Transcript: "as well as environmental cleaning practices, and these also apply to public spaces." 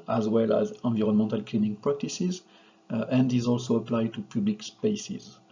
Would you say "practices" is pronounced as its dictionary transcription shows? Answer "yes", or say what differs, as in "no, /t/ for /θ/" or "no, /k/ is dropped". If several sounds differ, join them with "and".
yes